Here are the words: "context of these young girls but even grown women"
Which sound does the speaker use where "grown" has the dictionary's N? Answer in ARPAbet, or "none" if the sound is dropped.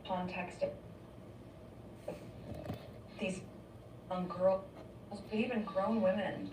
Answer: N